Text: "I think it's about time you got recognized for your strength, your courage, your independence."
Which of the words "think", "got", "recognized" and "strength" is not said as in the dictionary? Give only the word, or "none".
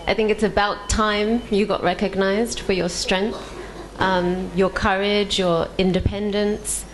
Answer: none